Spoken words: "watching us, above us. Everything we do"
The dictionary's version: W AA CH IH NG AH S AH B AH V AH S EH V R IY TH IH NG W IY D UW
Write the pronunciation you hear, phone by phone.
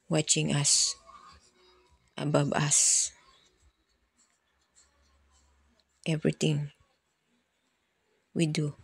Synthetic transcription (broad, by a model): W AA CH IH NG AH S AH B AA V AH S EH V R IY T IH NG W IY D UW